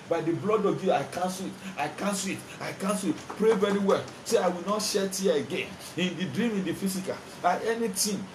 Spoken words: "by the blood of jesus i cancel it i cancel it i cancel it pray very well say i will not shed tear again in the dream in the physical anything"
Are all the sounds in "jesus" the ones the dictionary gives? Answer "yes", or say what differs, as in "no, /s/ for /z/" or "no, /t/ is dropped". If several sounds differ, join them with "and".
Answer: no, /s/ is dropped